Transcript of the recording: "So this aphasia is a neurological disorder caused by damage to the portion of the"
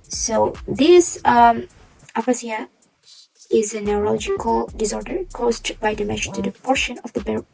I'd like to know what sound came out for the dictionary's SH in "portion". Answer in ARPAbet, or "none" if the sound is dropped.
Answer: SH